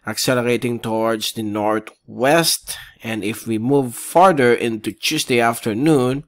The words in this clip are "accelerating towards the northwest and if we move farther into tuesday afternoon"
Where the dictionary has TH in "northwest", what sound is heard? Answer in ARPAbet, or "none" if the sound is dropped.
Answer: T